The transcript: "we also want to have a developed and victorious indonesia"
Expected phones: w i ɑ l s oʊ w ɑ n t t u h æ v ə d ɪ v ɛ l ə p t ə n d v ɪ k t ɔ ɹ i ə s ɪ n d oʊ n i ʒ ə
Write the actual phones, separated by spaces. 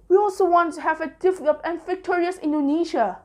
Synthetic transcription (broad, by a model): w i ɑ l s oʊ w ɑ n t t u h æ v ə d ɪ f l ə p ə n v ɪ k t ɔ ɹ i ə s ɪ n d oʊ n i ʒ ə